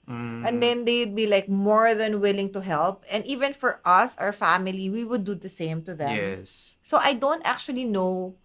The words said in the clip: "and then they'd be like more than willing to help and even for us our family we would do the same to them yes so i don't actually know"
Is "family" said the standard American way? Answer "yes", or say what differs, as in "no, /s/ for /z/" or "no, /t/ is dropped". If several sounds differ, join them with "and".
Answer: yes